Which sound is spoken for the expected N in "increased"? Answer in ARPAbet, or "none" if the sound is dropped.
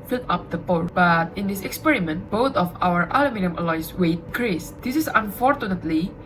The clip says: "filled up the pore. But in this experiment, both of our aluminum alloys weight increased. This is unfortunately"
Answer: none